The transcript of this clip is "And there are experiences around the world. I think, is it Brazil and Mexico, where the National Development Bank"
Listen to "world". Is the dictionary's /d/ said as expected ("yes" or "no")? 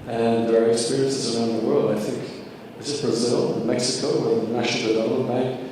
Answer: yes